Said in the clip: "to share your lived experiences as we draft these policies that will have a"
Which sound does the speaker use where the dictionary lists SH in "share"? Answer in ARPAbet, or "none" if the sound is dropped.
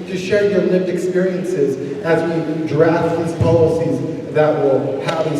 SH